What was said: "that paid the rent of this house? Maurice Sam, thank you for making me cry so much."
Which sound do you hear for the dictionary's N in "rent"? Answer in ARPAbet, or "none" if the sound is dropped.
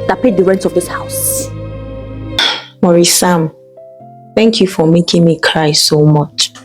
N